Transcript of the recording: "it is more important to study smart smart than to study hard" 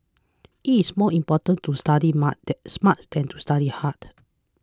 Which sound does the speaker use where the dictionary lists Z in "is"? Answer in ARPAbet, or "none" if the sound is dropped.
S